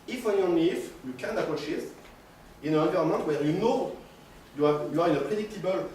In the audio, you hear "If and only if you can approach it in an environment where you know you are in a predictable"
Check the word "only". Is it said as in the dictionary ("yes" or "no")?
no